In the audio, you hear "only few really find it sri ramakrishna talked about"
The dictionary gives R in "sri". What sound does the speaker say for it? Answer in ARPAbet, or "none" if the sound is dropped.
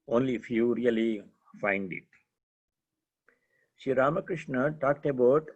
none